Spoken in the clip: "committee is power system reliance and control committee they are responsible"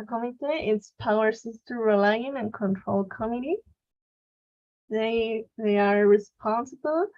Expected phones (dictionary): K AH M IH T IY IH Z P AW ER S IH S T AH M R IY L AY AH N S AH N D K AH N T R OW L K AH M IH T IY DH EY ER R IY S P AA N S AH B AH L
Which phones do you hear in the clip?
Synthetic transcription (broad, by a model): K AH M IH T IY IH S P AW ER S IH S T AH R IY L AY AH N AH N K AH N T R OW L K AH M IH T IY DH EY ER R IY S P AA N S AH B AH L